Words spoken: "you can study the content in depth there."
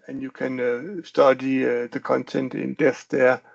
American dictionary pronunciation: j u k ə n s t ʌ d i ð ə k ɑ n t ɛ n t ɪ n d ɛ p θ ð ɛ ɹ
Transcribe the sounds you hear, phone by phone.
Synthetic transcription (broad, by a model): j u k ə n s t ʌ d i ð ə k ɑ n t ɛ n t ɪ n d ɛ θ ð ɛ